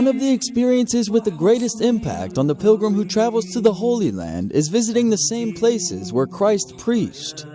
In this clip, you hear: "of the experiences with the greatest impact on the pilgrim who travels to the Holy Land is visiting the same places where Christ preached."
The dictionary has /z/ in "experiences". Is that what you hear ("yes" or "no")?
yes